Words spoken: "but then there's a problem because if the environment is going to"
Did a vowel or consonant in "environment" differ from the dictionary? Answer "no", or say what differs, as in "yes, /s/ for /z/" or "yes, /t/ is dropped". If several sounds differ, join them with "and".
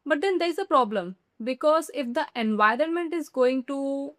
no